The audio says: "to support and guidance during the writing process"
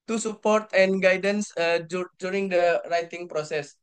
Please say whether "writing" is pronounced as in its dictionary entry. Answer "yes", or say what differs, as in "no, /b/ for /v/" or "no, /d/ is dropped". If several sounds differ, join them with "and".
yes